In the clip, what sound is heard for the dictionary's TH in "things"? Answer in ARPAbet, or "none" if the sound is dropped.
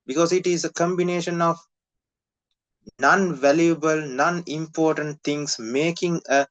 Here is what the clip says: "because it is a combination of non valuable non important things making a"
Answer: T